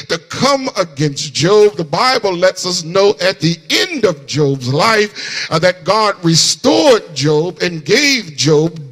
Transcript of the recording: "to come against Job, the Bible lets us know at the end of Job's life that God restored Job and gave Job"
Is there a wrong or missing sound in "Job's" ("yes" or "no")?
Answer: no